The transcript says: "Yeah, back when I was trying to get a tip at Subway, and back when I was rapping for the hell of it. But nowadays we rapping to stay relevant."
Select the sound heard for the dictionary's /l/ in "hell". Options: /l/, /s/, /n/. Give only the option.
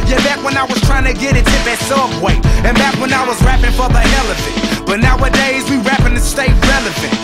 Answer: /l/